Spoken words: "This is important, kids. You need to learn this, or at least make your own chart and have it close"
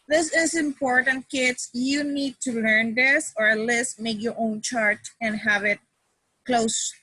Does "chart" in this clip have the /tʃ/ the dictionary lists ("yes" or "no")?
yes